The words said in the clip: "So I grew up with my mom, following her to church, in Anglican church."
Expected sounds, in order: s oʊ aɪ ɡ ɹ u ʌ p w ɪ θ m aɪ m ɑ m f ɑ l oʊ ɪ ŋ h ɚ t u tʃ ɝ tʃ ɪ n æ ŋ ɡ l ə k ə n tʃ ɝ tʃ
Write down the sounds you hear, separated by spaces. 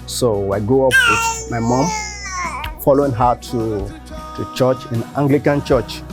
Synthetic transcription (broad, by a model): s oʊ aɪ ɡ ɔ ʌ p w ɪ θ m aɪ m ɑ m f ɑ l oʊ ɪ ŋ h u t u tʃ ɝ tʃ ɪ n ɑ ŋ ɡ l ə k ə n tʃ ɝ tʃ